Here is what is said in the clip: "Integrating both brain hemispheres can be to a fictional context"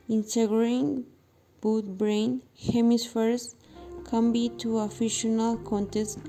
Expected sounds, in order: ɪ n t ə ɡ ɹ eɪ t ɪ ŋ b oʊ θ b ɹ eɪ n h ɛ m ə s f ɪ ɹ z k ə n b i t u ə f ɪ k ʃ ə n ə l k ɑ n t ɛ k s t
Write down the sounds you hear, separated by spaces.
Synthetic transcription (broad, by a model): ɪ n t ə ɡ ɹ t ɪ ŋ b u t b ɹ eɪ n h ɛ m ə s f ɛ ɹ s k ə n b i t u ə f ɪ ʃ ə n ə l k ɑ n t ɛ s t